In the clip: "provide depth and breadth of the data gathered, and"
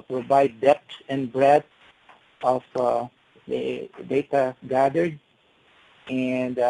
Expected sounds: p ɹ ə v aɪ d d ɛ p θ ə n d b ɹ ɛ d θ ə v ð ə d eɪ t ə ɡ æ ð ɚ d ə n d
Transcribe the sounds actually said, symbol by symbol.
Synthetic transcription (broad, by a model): p ɹ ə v aɪ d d ɛ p s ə n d b ɹ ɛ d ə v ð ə d eɪ t ə ɡ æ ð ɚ d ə n d